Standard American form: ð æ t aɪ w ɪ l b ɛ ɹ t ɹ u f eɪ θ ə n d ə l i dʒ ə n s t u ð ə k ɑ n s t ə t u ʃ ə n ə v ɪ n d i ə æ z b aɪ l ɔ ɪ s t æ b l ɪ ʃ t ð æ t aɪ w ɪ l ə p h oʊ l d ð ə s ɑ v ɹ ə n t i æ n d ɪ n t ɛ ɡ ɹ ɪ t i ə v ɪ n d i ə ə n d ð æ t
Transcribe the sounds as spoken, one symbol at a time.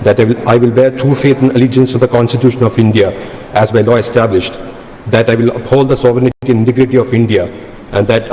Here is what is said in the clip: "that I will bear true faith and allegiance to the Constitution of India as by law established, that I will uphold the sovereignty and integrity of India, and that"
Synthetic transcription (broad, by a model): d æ t aɪ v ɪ l b ɛ ɹ t ɹ u f eɪ t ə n ə l i dʒ ə n s t u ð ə k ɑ n s t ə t u ʃ ə n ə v ɪ n d i ə æ z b aɪ l ɔ ɪ s t æ b l ɪ ʃ t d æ t aɪ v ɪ l ə p h oʊ l d ə s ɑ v ɹ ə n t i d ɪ n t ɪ ɡ ɹ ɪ t i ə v ɪ n d i ə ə n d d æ t